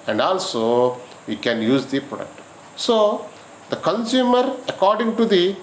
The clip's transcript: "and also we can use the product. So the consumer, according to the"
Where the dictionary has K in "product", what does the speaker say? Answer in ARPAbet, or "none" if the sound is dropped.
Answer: K